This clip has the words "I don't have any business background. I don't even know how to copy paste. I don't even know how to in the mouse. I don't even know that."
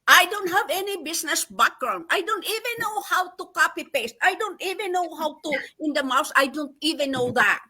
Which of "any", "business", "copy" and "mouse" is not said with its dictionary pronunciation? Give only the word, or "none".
business